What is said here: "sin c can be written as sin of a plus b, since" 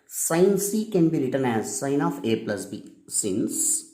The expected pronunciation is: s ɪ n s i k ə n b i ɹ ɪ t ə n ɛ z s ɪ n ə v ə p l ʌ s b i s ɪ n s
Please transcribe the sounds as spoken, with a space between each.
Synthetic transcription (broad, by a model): s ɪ n s i k ə n b i ɹ ɪ t ə n ɛ z s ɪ n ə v ə p l ʌ s b i s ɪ n s